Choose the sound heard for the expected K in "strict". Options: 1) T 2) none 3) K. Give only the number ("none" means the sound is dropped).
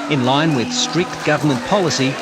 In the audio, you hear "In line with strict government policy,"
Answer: 3